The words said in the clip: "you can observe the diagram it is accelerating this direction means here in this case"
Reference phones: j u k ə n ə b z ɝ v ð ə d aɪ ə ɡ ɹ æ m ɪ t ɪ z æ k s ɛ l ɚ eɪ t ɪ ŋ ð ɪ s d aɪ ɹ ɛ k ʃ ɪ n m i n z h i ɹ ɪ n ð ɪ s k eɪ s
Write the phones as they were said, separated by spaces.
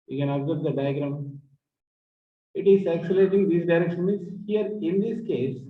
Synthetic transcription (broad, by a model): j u k ə n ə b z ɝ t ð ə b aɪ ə ɡ ɹ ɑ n ɪ t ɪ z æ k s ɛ l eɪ t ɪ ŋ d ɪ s d aɪ ɹ ɛ k ʃ ɪ n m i z h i ɹ ɪ n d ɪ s k eɪ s